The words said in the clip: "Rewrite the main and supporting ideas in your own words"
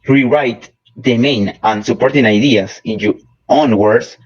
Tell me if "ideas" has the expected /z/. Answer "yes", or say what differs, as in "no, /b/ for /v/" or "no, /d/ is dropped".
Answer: no, /s/ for /z/